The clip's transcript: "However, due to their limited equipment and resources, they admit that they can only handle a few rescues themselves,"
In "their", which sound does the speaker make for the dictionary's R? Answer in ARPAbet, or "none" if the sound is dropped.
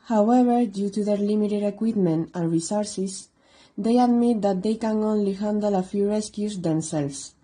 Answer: R